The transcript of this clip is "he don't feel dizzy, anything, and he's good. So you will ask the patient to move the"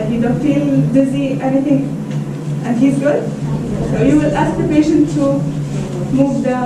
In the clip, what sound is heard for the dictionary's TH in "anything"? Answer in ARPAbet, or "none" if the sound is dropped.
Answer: T